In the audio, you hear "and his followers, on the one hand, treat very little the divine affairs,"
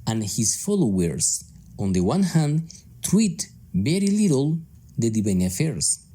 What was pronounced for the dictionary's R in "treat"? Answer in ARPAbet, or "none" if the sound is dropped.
W